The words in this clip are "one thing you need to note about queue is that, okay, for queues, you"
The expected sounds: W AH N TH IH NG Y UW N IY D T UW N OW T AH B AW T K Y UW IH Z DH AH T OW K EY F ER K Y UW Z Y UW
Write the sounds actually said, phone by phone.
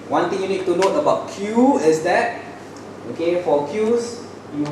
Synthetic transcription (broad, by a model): W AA N T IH NG Y UW N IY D T UW N OW T AH B AW T K Y UW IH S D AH T OW K EY F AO K Y UW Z Y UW